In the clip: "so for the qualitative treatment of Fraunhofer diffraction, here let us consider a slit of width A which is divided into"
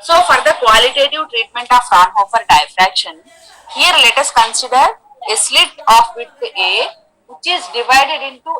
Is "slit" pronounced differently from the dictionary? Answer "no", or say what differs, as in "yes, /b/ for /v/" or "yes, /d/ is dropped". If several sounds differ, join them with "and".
no